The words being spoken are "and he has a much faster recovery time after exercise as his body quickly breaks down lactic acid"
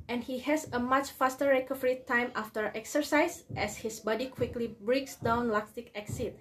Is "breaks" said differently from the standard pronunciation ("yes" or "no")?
no